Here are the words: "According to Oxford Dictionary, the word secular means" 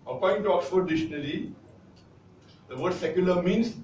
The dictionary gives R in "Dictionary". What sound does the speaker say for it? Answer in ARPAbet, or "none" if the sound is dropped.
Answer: L